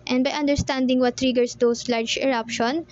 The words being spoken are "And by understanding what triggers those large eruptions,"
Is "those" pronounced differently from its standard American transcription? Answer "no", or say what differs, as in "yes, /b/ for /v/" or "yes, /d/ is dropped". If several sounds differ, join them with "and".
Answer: yes, /s/ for /z/